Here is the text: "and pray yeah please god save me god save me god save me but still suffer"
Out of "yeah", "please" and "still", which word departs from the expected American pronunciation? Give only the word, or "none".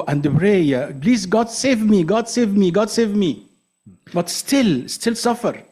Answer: please